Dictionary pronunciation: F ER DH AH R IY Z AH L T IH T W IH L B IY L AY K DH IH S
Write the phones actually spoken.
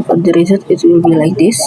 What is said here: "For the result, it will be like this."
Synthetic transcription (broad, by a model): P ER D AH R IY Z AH T IH T W IH L B IY L AY K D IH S